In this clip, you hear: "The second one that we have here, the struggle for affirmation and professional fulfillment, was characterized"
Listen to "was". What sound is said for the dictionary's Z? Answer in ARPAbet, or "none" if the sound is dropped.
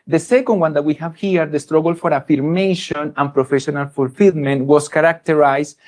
S